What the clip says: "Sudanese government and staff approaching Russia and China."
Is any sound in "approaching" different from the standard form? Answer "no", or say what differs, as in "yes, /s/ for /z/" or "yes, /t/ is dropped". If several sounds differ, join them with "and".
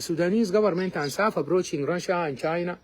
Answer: yes, /b/ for /p/